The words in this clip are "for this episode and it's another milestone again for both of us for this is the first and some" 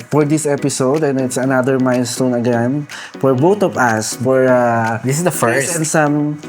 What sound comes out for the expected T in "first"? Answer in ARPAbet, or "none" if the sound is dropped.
none